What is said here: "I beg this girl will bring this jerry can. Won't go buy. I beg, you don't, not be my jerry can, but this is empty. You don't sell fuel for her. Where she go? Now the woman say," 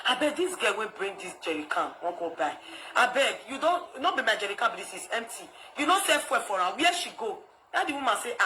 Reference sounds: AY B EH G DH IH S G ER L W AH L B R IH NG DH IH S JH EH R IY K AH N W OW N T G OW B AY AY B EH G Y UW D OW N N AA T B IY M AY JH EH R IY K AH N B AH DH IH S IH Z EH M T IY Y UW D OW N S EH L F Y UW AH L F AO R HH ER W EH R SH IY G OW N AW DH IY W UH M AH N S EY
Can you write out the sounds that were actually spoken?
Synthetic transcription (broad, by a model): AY B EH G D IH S G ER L W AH N B R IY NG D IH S JH EH R IY K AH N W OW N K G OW B AY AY B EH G Y UW D OW N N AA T B IY M AY JH EH R IY K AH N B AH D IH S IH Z EH M T IY Y UW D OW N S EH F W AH F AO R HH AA W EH SH IY G OW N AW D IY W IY M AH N S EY